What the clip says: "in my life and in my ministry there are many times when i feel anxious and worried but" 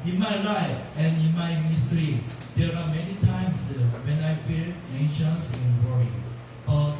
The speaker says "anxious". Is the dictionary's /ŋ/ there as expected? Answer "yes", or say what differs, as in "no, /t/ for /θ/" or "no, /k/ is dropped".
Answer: no, /ŋ/ is dropped